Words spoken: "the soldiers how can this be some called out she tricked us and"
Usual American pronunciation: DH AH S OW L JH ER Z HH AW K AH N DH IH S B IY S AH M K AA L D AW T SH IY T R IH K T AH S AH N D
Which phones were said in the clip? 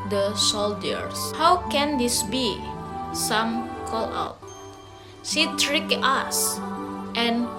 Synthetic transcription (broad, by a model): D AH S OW L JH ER S HH AW K AH N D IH S B IY S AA M K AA L AW T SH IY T R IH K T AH S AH N